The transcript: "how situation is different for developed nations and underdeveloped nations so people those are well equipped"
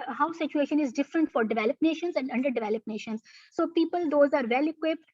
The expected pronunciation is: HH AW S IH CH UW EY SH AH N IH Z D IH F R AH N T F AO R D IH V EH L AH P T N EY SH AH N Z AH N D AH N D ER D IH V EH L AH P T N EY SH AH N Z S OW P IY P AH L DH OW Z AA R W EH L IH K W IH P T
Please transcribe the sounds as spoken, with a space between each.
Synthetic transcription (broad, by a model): HH AW S IH CH UW EY SH AH N IH Z D IH F R AH N T F AO R D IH V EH L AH P N EY SH AH N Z AH N D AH N D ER D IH V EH L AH P N EY SH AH N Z S OW P IY P AH L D OW Z AA R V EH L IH K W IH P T